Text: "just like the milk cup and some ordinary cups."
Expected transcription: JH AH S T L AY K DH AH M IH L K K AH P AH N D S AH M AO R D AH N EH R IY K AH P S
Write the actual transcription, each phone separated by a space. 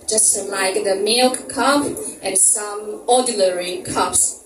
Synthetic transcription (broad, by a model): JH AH S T L AY K DH AH M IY L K K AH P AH N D S AH M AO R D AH L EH R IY K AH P S